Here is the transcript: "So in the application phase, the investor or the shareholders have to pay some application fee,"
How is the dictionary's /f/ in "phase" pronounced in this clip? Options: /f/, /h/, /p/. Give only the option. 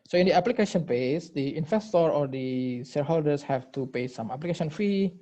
/p/